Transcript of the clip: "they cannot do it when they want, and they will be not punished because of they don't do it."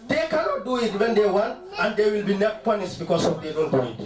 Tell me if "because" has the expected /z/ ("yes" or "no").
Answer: no